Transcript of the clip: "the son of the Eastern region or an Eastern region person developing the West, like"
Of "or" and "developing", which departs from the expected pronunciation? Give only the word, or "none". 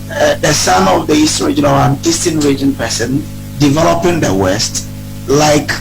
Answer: or